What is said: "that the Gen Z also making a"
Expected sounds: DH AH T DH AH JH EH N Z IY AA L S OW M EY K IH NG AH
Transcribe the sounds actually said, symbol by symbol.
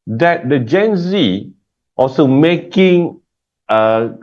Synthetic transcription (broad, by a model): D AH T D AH JH EH N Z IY AA L S OW M EY K IH NG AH